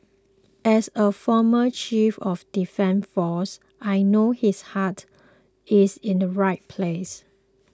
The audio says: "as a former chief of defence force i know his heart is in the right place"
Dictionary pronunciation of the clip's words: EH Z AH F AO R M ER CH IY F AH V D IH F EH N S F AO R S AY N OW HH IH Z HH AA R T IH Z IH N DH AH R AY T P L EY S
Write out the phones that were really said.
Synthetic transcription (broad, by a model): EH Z AH F AO M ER CH IY F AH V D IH F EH N F AO S AY N OW HH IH S HH AA T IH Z IH N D AH R AY T P L EY S